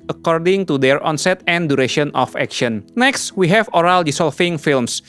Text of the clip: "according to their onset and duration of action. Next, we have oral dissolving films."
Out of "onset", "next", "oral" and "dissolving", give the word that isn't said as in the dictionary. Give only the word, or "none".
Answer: dissolving